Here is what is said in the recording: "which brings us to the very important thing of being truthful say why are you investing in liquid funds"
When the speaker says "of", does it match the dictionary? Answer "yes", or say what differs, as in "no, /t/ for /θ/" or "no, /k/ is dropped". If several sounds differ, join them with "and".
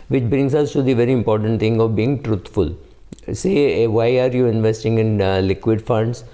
yes